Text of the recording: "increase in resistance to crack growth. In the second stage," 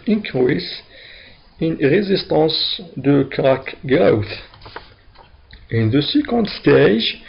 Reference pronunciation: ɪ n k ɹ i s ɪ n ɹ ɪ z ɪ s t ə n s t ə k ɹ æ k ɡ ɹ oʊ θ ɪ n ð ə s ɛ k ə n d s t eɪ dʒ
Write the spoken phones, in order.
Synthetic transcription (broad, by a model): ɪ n k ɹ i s ɪ n ɹ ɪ z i s t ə s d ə k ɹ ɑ k ɡ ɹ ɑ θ ɪ n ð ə s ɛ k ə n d s t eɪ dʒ